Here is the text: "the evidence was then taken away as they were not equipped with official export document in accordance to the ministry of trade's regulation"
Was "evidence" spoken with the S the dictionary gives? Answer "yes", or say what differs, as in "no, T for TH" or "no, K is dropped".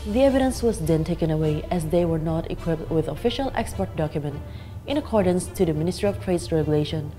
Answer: yes